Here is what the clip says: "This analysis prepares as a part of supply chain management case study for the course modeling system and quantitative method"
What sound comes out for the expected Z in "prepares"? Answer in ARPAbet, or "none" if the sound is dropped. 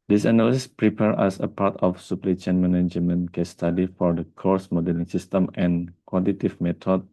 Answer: none